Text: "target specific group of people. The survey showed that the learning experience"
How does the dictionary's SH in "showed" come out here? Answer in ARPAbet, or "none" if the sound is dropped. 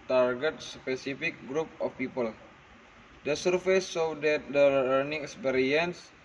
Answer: S